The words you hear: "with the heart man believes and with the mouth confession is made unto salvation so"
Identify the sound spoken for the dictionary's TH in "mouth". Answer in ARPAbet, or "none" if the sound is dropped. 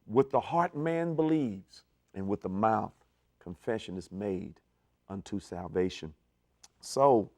TH